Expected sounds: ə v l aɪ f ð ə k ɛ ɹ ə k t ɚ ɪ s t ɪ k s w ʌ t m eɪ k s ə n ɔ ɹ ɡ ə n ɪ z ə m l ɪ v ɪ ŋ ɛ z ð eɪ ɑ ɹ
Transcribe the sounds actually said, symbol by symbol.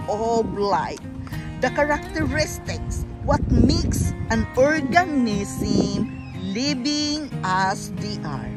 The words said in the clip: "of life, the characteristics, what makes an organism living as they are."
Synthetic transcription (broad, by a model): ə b l aɪ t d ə k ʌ ɹ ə k t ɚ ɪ s t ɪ k s w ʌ t m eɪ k s ə n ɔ ɹ ɡ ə n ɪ s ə m l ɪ b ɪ ŋ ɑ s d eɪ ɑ ɹ